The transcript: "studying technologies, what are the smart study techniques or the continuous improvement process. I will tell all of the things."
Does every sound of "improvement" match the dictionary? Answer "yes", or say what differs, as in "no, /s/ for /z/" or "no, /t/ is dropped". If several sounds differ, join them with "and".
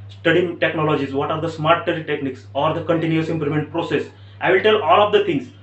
no, /v/ is dropped